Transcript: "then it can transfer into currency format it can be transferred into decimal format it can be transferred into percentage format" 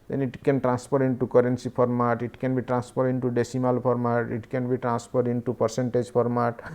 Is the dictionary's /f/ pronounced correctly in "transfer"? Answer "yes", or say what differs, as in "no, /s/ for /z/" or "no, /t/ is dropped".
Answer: no, /p/ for /f/